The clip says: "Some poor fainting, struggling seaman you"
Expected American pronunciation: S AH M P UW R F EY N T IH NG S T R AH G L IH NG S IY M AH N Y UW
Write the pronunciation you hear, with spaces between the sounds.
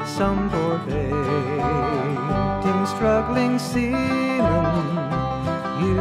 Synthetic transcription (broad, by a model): S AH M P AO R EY T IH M S T R AH G L IH NG S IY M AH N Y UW